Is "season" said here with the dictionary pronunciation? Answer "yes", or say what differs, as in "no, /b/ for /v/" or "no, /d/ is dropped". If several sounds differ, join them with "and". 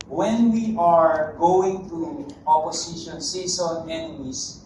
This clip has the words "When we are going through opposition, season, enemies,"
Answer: no, /s/ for /z/